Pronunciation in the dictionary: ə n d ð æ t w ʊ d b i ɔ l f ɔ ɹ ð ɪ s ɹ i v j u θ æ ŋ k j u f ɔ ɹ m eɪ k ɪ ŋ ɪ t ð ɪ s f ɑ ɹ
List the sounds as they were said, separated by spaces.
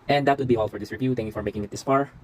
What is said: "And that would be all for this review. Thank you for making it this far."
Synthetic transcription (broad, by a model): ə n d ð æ t w ʊ d b i ɔ l f ɔ ɹ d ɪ s ɹ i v j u t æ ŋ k j u f ɔ ɹ m eɪ k ɪ ŋ ɪ t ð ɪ s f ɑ ɹ